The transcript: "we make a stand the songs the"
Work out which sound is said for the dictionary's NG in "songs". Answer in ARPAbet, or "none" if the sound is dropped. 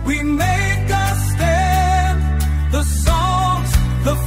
none